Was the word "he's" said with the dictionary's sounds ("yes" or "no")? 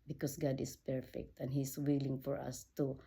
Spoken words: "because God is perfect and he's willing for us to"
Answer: no